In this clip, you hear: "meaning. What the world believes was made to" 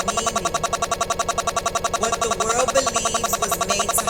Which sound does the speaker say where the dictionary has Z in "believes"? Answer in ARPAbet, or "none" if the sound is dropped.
Z